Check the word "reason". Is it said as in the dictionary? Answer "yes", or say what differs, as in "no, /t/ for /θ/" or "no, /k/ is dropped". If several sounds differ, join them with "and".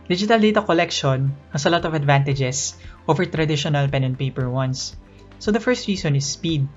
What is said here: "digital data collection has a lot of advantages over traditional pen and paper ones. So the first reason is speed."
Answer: no, /s/ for /z/